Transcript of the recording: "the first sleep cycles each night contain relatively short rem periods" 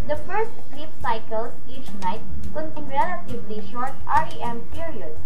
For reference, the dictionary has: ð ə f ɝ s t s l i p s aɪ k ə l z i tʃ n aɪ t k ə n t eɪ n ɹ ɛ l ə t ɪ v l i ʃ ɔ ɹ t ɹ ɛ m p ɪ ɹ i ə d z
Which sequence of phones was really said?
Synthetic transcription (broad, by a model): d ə f ɝ s t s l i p s aɪ k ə l s i tʃ n aɪ t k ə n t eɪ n ɹ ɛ l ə t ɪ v l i ʃ ɔ ɹ t ɹ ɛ m p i ɹ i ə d